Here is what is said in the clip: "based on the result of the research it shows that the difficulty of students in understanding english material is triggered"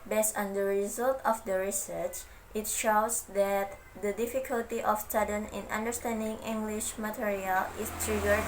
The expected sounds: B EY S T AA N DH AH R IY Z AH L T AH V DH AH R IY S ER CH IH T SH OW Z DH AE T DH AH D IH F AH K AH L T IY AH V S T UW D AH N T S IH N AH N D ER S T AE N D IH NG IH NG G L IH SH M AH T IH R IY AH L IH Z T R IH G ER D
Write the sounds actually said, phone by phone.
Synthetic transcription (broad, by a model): B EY S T AA N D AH R IY Z AH L T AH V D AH R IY S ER CH IH T SH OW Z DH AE T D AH D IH F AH K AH L T IY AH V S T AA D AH N IH N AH N D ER S T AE N D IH NG IH NG G L IH SH M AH T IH R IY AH L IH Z T R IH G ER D